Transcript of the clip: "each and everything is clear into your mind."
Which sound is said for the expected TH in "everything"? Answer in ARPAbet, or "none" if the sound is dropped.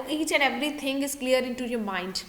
T